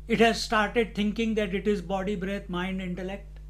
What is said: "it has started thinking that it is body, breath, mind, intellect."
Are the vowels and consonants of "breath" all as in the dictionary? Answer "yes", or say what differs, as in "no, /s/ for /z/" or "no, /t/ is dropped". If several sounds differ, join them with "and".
no, /t/ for /θ/